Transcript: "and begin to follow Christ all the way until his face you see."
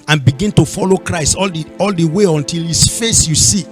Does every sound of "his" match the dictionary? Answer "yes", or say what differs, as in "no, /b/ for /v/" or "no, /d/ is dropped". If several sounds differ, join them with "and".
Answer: no, /s/ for /z/